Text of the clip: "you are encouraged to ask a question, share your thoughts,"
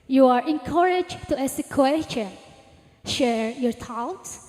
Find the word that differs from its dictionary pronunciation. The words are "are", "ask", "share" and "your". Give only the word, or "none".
ask